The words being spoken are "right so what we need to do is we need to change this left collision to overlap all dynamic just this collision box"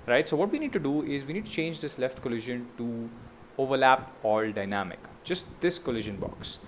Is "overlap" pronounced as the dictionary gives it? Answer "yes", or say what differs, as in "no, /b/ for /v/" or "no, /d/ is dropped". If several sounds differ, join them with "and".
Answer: yes